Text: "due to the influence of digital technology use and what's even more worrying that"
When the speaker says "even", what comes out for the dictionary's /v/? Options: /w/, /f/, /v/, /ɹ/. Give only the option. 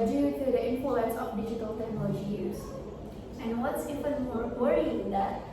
/f/